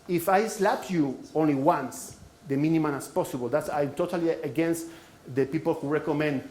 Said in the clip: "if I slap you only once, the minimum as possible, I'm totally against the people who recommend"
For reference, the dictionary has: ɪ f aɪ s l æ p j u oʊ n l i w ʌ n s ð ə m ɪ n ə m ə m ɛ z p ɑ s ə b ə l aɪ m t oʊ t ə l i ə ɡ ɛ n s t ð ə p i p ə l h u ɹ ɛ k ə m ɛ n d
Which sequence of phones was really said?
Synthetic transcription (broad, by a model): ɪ f aɪ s l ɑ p j u oʊ n l i w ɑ n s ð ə m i n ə m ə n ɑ s p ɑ s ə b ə l aɪ m t oʊ t ə l i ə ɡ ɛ n s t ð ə p i p ə l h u ɹ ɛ k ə m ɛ n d